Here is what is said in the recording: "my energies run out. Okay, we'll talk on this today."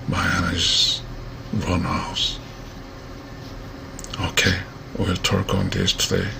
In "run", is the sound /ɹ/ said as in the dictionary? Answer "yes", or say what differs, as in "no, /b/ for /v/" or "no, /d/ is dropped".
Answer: yes